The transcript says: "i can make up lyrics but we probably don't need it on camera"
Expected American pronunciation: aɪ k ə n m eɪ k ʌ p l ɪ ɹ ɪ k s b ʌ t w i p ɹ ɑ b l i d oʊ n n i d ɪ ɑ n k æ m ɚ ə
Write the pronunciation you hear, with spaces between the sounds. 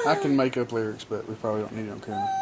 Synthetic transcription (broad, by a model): aɪ k ə n m eɪ k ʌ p l ɪ ɹ ɪ k s b ʌ t w i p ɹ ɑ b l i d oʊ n n i d ɪ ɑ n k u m